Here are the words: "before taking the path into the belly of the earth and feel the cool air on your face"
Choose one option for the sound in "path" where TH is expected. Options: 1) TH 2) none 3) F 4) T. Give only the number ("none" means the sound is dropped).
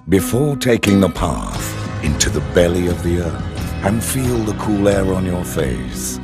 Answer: 1